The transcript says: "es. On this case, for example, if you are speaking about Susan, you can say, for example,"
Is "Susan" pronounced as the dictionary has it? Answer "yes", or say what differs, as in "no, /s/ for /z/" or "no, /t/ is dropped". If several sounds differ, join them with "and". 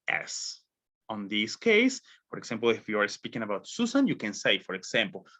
no, /s/ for /z/